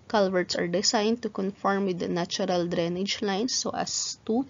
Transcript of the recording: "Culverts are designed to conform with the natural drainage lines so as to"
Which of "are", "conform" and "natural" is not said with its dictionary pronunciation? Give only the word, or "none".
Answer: natural